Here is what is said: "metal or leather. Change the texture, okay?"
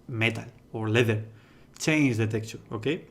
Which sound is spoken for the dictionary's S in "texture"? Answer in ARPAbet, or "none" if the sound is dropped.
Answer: none